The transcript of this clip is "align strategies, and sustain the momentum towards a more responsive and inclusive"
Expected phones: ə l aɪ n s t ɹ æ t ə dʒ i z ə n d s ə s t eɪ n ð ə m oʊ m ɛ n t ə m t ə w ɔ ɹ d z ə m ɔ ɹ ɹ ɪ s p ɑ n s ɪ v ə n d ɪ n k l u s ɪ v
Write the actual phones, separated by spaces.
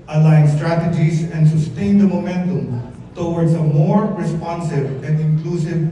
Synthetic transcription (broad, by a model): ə l aɪ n s t ɹ æ t ə dʒ i z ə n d s ə s t eɪ n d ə m oʊ m ɛ n t ə m t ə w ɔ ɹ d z ə m ɔ ɹ ɹ ɪ s p ɑ n s ɪ v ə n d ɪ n k l u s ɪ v